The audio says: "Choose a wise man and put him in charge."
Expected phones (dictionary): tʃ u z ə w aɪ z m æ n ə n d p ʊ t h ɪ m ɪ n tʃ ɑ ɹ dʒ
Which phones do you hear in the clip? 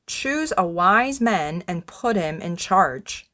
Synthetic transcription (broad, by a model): tʃ u z ə w aɪ z m æ n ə n p ʊ t h ɪ m ɪ n tʃ ɑ ɹ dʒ